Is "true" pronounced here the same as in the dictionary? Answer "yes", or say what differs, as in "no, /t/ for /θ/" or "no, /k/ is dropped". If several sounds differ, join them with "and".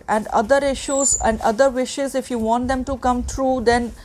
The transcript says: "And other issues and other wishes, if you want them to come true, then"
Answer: yes